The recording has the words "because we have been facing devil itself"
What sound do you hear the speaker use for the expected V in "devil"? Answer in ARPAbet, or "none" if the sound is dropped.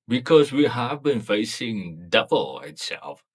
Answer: B